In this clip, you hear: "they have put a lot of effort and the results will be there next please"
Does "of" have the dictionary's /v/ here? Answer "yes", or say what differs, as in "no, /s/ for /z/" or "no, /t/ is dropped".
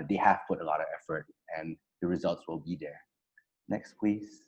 yes